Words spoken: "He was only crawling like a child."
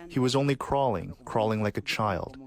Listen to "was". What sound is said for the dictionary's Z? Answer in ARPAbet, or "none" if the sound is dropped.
Z